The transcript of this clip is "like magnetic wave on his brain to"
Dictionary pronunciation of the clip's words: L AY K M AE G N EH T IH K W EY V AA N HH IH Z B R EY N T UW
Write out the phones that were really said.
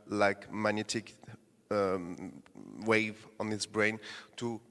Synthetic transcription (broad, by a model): L AY K M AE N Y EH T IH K W EY V AA N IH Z B R EY N T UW